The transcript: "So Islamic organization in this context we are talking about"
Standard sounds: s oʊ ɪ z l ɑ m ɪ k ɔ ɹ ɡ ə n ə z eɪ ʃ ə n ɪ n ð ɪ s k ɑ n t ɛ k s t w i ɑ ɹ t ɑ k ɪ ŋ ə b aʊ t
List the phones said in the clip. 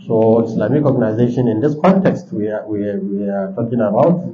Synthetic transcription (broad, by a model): s oʊ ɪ s l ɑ m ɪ k ɔ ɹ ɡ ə n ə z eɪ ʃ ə n ɪ n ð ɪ s k ɑ n t ɛ k s t w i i w t ɑ k ɪ ŋ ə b aʊ t